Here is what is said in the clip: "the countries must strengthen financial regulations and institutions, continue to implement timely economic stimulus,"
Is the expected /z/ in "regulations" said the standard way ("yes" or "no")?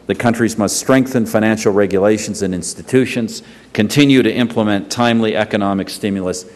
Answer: yes